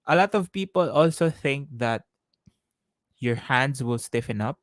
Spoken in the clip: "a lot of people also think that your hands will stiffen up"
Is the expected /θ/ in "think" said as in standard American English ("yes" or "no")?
yes